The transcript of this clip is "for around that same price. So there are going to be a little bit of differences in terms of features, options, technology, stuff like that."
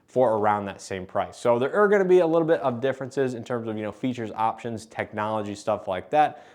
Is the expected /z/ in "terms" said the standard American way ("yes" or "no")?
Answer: yes